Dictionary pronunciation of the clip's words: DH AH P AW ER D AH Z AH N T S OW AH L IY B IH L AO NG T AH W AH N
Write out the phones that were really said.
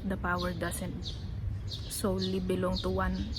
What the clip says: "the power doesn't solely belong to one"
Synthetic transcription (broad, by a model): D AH P AW ER D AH S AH N T S OW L L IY B IH L AO NG T AH W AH N